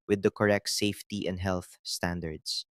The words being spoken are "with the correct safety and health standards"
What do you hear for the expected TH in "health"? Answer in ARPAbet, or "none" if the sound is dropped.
TH